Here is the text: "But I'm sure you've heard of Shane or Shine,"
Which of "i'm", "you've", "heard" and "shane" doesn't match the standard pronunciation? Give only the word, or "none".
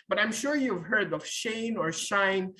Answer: none